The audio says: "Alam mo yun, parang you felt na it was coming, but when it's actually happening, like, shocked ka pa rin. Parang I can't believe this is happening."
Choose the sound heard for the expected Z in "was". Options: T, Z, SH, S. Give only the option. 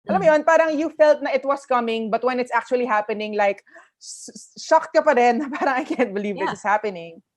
S